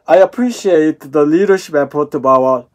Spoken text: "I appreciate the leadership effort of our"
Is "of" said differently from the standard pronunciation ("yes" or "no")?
yes